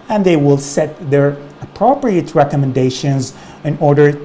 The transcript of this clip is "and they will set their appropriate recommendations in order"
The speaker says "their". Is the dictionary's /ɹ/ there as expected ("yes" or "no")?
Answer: yes